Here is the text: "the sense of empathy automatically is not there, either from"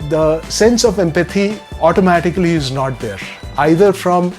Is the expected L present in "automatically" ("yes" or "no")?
yes